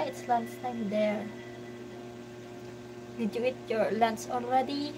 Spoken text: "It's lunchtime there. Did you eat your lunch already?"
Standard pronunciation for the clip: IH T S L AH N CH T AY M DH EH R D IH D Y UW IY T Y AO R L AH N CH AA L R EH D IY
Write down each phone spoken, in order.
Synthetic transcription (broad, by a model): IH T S L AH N S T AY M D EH R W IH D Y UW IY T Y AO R L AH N S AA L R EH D IY